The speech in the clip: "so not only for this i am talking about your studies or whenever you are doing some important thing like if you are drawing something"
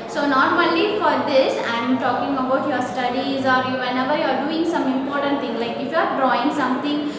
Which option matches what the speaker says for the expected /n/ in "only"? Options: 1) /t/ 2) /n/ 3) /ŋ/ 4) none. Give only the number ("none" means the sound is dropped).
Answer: 4